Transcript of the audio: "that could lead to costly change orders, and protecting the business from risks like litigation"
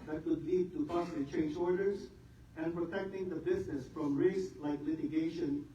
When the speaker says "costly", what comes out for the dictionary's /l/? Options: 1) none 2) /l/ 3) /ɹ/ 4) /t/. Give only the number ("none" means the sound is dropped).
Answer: 1